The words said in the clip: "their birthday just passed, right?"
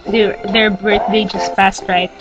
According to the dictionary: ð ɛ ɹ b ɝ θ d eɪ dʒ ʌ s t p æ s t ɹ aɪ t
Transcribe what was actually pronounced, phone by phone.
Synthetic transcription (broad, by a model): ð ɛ ɹ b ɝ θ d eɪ dʒ ʌ s t f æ s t ɹ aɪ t